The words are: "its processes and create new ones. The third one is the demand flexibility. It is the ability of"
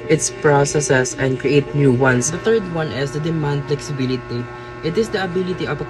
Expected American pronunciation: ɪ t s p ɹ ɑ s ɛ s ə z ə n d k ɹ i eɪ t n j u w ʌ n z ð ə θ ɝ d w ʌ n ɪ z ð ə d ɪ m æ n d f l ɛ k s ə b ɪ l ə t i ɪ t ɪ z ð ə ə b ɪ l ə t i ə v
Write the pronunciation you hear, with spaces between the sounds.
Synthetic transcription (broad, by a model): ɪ t s p ɹ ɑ s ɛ s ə s ə n d k ɹ i eɪ t n j u w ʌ n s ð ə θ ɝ d w ʌ n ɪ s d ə d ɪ m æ n d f l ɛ k s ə b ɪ l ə t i ɪ t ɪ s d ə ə b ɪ l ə t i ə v